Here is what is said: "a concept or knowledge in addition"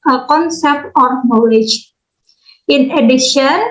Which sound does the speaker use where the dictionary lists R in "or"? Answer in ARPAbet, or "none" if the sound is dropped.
R